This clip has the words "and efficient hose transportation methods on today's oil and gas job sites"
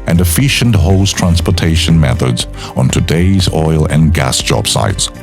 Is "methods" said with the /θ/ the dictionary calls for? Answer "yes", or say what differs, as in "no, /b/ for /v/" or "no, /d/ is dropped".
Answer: yes